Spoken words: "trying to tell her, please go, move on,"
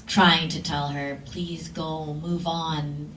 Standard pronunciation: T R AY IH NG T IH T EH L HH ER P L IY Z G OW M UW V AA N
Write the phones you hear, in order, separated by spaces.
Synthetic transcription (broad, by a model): T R AY IH NG T IH T EH L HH ER P L IY Z G OW M UW V N